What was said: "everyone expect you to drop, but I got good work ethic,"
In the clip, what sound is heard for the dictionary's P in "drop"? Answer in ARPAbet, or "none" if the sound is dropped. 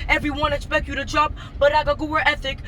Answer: B